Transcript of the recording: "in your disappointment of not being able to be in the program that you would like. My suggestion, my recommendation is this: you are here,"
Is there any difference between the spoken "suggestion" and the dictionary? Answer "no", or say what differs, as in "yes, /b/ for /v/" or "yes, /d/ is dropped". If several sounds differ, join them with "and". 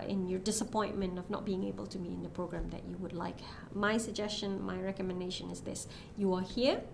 no